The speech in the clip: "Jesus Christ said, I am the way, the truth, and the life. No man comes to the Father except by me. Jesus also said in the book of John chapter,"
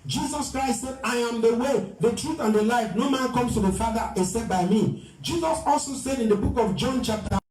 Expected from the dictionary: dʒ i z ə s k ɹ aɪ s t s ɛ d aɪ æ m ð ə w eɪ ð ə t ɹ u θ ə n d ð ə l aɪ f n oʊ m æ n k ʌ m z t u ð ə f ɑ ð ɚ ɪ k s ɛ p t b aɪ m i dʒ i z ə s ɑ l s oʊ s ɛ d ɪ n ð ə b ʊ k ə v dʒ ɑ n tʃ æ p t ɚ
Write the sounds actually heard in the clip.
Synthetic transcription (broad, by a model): dʒ i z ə s k ɹ aɪ s t s ɛ d aɪ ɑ m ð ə w eɪ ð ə t ɹ u θ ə n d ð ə l aɪ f n oʊ m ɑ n k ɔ m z t u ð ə f ɑ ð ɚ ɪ s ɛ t b aɪ m i dʒ i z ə s ɑ l s oʊ s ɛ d ɪ n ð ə b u k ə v dʒ ɑ n tʃ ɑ p t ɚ